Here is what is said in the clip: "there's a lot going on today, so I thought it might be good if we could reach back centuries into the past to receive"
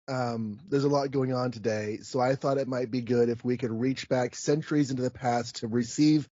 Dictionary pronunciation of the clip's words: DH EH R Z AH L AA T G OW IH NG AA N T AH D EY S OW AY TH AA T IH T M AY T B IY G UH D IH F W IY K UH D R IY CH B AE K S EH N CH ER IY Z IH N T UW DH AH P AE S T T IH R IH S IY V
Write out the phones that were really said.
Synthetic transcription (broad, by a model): DH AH R Z AH L AA T G OW IH NG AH N T AH D EY S OW AY TH AA T IH T M AY T B IY G UH D IH F W IY K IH D R IY CH B AE K S EH N CH ER IY Z IH N T UW DH AH P AE S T T IH R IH S IY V